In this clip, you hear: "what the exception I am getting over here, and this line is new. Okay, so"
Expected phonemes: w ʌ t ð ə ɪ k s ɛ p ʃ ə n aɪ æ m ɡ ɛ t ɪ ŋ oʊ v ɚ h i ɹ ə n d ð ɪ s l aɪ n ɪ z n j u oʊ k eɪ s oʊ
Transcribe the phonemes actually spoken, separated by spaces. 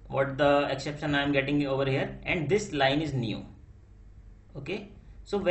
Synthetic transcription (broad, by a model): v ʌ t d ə ɪ k s ɛ p ʃ ə n aɪ m ɡ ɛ t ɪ ŋ oʊ v ɚ h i ɹ ə n d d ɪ s l aɪ n ɪ z n j u oʊ k eɪ s oʊ